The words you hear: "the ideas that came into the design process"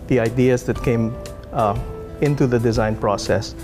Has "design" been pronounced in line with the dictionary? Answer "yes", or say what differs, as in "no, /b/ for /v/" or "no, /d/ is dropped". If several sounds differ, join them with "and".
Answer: yes